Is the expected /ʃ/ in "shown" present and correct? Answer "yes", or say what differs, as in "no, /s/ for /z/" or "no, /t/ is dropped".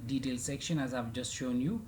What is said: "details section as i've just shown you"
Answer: yes